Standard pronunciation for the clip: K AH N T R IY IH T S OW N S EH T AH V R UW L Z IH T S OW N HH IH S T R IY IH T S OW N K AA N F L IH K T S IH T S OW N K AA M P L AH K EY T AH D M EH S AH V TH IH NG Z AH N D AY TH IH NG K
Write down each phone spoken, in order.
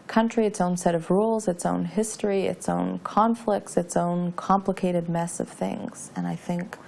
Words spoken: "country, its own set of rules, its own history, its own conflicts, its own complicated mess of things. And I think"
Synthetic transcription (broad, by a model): K AH N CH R IY IH T S OW N S EH T AH V R UW L Z IH T S OW N HH IH S T R IY IH T S OW N K AA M F L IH K T S IH T S OW N K AA M P L AH K EY T AH D M EH S AH V TH IH NG Z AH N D AY TH IH NG K